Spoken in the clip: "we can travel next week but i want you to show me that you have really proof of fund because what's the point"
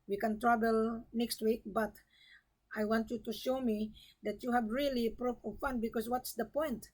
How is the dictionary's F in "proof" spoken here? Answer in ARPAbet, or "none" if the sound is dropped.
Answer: P